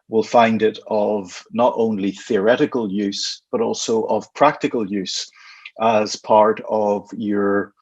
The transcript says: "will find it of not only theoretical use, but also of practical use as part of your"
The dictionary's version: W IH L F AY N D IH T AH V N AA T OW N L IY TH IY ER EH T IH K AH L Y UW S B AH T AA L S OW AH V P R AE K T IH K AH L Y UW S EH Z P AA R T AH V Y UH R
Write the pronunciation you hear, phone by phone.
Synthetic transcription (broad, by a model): W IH L F AY N D IH T AH V N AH T OW N L IY TH IY ER EH T IH K AH L Y UW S B AH T AA L S OW AH V P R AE K T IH K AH L Y UW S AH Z P AA R T AH V Y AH R